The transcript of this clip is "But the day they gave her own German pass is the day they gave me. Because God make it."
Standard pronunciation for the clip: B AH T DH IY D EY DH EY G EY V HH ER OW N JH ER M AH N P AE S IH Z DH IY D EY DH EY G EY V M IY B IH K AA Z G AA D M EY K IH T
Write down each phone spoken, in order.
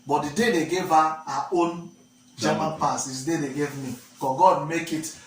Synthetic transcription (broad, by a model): B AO T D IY D EY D EY G EY V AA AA OW N JH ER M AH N P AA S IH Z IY D EY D EY G EY V M IY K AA G AA D M EY K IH T